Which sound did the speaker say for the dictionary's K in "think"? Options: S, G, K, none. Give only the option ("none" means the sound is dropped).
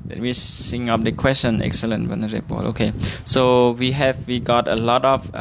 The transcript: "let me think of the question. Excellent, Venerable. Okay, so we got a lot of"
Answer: none